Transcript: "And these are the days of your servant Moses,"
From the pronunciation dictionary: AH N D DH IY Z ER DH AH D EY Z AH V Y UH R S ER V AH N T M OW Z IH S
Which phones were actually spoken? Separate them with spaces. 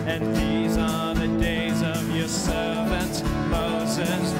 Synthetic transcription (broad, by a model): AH N DH IY Z ER DH AH D EY Z AH V Y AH R S ER V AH N T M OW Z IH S